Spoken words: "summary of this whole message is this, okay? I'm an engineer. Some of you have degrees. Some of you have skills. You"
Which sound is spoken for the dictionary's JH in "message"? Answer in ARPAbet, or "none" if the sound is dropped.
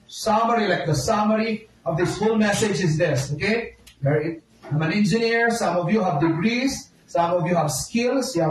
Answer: JH